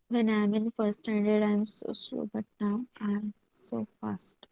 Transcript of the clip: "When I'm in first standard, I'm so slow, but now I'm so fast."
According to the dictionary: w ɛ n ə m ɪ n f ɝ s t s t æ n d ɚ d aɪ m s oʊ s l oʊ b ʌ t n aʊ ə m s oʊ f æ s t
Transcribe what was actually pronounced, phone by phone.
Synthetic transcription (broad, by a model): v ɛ n ə m ɪ n f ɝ t s t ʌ n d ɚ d aɪ m s oʊ s l oʊ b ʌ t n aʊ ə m s oʊ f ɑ s t